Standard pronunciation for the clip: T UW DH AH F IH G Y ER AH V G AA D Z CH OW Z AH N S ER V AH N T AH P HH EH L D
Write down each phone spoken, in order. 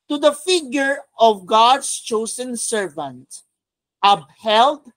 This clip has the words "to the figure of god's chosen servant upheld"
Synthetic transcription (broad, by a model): T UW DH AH F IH G Y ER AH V G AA D S CH OW S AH N S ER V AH N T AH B HH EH L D